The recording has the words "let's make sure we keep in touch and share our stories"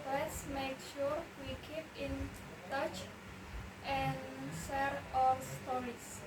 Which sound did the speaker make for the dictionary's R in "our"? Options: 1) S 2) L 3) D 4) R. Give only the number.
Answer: 2